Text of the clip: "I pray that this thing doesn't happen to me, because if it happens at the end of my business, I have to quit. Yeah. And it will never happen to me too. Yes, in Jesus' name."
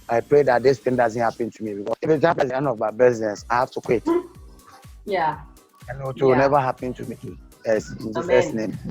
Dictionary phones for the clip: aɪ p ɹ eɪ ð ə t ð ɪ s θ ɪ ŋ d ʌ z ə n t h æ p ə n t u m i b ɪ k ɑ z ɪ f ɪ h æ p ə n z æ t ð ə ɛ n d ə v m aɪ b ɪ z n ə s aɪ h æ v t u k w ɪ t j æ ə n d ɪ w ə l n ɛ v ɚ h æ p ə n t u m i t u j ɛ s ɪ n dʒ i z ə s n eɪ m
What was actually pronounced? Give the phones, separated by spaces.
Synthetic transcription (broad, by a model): aɪ p ɹ eɪ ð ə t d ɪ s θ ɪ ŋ d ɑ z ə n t h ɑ p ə n t u m i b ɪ k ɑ ɪ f ɪ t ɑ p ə z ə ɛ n ə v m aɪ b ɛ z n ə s aɪ h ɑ f t u k w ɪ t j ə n ɪ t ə n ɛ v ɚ h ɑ p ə n t u m i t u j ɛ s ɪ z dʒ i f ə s n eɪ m